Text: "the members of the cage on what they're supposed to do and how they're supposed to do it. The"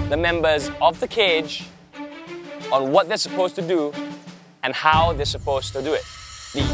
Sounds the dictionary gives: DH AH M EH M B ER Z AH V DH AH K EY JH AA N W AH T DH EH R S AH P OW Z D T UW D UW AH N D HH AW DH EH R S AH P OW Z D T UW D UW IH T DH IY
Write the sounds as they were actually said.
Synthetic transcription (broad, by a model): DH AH M EH M B ER Z AH V DH AH K EY JH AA N W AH T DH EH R S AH P OW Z T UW D UW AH N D HH AW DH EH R S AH P OW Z T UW D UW IH T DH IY